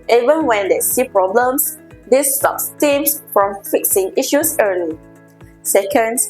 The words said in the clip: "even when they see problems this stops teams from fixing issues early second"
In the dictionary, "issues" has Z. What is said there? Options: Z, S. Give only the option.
S